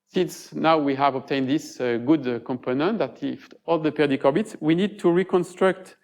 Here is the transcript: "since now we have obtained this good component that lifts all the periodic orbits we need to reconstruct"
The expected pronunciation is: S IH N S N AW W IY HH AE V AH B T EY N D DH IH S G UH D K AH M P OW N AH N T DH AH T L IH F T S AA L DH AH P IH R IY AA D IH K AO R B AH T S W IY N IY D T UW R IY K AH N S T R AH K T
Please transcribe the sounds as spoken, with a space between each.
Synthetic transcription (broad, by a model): S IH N S N AW W IY HH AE V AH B T EY N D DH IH S G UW D K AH M P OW N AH N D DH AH T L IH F T AA L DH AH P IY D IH K AO R B AH T S W IY N IY D T UW R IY K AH N S T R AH K T